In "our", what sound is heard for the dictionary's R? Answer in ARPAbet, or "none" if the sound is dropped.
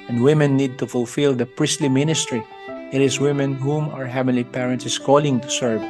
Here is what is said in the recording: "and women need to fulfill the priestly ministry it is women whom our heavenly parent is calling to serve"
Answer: R